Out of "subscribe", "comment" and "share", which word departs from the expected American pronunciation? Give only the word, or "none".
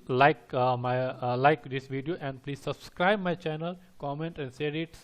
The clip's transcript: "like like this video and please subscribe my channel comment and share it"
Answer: share